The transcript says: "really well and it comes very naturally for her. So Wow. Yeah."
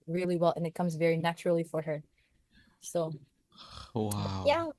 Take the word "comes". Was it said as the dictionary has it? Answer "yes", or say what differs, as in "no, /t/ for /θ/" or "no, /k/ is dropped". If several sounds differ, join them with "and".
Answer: yes